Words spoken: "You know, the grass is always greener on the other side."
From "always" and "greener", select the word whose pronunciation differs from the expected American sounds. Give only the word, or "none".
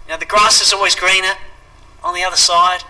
none